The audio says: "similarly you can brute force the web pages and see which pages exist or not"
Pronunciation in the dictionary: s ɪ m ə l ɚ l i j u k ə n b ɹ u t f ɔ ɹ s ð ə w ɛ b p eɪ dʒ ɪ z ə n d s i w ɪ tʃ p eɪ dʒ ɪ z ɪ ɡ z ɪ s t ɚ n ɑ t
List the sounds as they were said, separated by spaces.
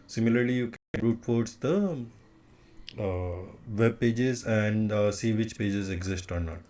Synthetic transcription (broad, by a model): s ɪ m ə l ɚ l i j u k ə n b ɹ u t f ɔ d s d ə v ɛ b p eɪ dʒ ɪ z ə n d s i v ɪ tʃ p eɪ dʒ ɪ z ɪ ɡ z ɪ s t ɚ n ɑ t